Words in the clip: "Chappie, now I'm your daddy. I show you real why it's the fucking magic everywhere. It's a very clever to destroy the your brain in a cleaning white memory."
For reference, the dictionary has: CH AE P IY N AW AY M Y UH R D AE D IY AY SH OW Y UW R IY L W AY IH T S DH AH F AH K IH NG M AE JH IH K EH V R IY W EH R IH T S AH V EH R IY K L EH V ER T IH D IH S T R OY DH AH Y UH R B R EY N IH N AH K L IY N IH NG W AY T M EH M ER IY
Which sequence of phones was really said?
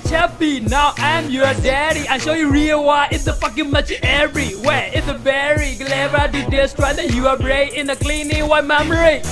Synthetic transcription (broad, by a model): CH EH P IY N AW AY M Y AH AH D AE D IY AY SH OW Y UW R IY L W AY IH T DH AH F AH K IH NG M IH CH EH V R IY W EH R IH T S AH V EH R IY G L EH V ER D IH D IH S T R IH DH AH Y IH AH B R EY IH N AH K L IY N IH NG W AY M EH M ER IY